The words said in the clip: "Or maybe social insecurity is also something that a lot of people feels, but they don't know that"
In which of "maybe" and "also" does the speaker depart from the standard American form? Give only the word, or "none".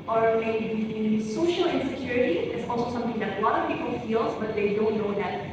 maybe